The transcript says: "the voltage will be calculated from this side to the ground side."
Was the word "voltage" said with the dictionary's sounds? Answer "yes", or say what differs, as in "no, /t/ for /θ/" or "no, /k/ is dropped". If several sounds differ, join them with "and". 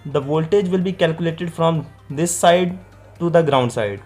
yes